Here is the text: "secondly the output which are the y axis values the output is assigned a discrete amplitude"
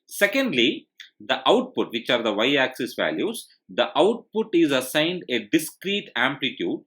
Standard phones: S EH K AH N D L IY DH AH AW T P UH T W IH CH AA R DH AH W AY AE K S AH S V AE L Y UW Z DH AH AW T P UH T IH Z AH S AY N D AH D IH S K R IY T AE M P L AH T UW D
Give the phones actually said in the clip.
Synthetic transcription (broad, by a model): S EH K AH N D L IY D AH AW T P UH T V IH CH AA R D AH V AY AE K S AH S V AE L Y UW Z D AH AW T P UH T IH Z AH S AY N D AH D IH S K R IY T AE M P L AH T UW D